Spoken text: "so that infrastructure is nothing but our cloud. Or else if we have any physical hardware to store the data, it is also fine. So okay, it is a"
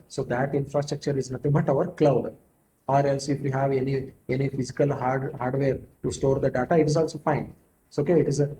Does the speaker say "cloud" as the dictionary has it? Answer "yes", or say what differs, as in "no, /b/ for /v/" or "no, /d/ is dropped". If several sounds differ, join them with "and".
yes